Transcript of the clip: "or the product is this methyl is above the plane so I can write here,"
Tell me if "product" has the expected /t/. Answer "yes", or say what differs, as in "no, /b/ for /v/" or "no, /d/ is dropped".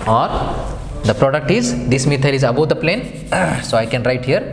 yes